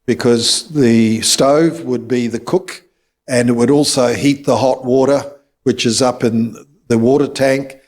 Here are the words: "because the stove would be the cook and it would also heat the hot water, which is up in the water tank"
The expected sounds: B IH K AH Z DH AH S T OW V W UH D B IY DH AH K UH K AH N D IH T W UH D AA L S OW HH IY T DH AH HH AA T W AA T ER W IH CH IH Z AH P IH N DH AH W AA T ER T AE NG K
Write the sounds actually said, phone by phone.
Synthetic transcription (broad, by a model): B IH K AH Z DH AH S T OW V W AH D B IY DH AH K UH K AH N IH T W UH D AA L S OW HH IY T DH AH HH AA T W AA T ER W IH CH IH Z AH P IH N DH AH W AA T ER T AE NG K